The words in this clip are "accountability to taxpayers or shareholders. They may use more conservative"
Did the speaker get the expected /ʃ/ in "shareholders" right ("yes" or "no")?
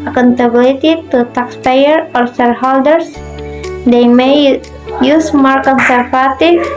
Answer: no